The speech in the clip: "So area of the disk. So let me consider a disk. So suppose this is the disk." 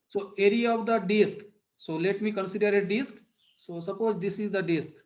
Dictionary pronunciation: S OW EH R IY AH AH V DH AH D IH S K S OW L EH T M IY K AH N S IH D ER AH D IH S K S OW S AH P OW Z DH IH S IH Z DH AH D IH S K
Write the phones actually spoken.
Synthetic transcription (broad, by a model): S OW EH R IY AH AH V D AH D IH S K S OW L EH T M IY K AH N S IH D ER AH D IH S K S OW S AH P OW Z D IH S IH Z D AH D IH S K